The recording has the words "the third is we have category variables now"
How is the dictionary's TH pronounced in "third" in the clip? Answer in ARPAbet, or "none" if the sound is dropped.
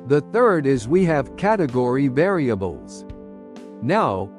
TH